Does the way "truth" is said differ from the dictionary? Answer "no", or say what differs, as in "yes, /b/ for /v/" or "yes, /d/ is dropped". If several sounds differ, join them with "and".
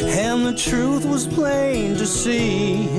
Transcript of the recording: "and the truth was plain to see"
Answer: no